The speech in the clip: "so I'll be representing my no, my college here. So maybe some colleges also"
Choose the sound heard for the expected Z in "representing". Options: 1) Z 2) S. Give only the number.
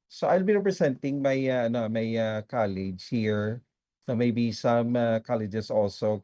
2